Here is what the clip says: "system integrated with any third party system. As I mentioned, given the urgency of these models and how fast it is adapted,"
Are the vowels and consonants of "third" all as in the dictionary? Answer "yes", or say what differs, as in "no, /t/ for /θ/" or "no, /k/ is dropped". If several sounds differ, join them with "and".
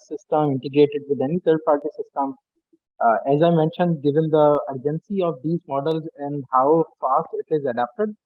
no, /t/ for /θ/